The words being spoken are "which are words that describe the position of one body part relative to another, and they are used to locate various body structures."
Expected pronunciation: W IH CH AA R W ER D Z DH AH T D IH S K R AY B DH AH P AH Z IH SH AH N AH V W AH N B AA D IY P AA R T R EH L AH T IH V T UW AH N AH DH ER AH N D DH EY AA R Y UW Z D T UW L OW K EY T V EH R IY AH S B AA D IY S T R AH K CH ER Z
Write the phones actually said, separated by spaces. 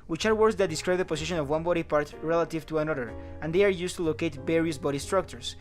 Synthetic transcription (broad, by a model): W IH CH AA R W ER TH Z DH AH T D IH S K R AY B DH AH P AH S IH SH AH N AH V W AH N B AA D IY P AA R T R EH L AH T IH V T UW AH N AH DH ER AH N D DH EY AA R Y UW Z T UW L OW K EY T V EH R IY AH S B AA D IY S T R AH K CH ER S